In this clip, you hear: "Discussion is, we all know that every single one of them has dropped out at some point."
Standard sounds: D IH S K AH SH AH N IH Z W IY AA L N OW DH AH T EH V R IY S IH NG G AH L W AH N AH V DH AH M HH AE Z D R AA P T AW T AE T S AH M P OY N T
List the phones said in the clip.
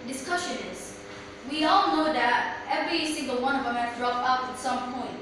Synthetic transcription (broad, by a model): D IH S K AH SH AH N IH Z W IY AA L N OW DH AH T EH V R IY S IH NG G AH L W AH N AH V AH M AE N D R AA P AW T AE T S AH M P OY N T